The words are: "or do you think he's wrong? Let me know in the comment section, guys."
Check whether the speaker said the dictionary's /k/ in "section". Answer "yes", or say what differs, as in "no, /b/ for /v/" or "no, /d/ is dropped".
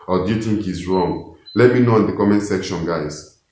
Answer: yes